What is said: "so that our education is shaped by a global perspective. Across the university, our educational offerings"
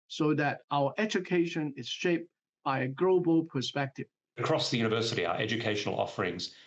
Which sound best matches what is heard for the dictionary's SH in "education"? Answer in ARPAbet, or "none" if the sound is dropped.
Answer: SH